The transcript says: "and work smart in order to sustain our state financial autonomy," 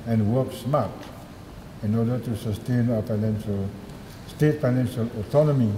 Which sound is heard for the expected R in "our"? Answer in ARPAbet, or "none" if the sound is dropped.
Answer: L